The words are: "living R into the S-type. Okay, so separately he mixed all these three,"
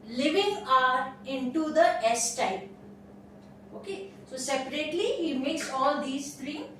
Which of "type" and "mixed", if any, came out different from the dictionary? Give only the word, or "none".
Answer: mixed